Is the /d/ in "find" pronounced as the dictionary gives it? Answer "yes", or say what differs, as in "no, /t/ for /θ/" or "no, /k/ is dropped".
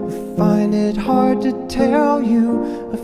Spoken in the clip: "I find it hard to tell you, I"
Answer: yes